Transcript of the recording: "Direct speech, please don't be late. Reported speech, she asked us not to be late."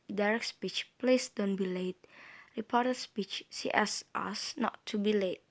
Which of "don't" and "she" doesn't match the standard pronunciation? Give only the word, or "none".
she